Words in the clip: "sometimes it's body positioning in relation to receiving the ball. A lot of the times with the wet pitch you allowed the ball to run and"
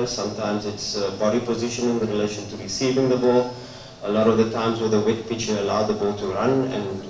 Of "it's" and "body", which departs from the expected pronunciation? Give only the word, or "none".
none